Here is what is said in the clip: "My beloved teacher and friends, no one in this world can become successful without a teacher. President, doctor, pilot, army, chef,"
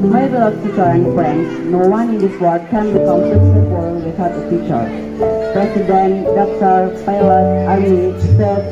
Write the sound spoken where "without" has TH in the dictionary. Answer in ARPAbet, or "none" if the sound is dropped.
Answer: T